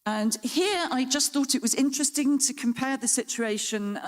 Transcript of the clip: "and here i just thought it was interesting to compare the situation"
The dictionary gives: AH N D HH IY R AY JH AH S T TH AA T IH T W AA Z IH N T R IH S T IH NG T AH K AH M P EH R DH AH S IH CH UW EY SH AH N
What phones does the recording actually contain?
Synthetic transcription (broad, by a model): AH N HH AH R AY JH AH S TH AA T IH T W AA Z IH N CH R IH S T IH NG T AH K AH M P EH DH AH S IH CH UW EY SH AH N